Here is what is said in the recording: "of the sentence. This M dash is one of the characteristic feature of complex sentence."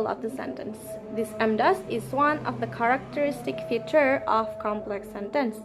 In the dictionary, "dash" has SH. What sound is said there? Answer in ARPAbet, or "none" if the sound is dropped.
S